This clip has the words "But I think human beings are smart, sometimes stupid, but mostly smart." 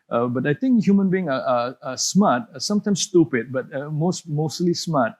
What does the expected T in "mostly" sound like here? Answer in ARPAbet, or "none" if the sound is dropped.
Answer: S